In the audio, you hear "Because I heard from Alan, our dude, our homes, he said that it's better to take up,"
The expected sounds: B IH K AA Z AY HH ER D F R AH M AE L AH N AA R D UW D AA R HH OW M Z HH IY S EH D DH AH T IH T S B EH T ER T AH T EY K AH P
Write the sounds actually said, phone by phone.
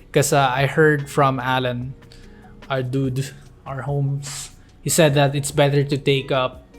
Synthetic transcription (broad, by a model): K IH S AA AY HH ER D F R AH M AE L AH N AA R D UW D AA R HH OW M S HH IY S EH D DH AH T IH T S B EH T ER T AH T EY K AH P